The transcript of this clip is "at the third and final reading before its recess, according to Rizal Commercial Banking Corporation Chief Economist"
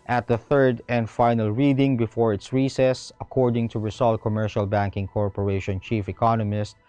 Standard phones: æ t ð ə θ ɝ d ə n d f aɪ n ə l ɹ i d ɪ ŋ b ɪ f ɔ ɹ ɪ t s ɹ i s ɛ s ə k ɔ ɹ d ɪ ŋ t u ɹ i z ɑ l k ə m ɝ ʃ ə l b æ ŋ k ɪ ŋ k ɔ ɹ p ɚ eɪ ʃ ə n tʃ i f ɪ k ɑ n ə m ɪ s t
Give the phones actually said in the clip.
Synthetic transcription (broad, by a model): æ t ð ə θ ɝ d ə n d f aɪ n ə l ɹ i d ɪ ŋ b ɪ f ɔ ɹ ɪ t s ɹ i s ɛ s ə k ɔ ɹ d ɪ ŋ t u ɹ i s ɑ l k ə m ɝ ʃ ə l b æ ŋ k ɪ ŋ k ɔ ɹ p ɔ eɪ ʃ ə n tʃ i f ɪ k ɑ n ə m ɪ s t